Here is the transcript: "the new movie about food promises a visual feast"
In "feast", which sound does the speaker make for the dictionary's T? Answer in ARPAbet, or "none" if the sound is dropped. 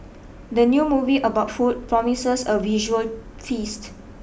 T